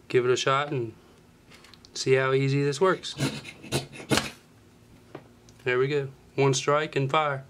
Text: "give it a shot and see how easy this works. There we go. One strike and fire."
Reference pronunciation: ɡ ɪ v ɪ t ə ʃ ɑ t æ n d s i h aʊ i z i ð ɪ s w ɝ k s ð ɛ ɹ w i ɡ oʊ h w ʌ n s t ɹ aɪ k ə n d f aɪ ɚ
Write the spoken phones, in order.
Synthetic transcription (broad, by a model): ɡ ɪ v ɪ t ə ʃ ɑ t n s i h aʊ i z i ð ɪ s w ɝ k s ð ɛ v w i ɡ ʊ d w ʌ n s t ɹ aɪ k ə n f aɪ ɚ